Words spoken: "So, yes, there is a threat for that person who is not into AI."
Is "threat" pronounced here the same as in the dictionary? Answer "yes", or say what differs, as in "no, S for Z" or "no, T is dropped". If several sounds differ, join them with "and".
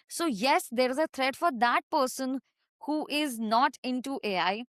no, T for TH